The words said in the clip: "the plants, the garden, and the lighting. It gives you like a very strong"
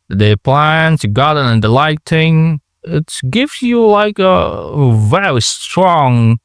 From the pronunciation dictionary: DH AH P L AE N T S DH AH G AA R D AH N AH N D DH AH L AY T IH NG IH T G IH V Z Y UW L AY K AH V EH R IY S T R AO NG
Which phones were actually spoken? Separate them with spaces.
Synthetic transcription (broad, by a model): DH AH P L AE N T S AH G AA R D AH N AH N D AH L AY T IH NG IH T G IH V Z Y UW L AY K AH V EH R IY S T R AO NG